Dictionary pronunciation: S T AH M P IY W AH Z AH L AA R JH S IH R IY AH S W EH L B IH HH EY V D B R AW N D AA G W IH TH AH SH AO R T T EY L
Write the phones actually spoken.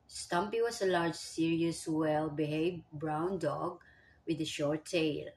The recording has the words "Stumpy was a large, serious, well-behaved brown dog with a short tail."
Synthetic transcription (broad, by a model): S T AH M P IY W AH S AH L AA R JH S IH R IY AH S W EH L B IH HH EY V B R AW N D AA G W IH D AH SH AO R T T EY L